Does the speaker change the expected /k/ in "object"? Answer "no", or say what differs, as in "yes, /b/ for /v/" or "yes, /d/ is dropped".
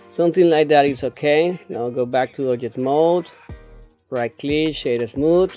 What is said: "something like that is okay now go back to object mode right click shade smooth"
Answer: yes, /k/ is dropped